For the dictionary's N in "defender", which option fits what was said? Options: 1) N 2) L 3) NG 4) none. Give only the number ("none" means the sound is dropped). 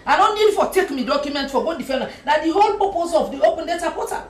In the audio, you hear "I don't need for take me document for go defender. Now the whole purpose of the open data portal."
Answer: 2